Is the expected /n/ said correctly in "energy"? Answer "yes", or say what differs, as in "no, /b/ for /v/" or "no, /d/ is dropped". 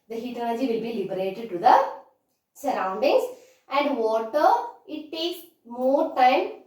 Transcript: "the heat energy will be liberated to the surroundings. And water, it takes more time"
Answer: no, /l/ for /n/